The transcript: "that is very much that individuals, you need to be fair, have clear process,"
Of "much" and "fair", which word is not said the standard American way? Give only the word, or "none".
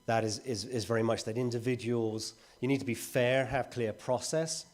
none